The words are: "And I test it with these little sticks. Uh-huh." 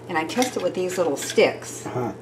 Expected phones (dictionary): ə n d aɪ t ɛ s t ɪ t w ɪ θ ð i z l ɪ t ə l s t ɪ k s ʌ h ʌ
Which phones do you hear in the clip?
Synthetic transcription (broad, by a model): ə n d aɪ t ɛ s t ɪ t w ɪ ð i z l ɪ t l s t ɪ k s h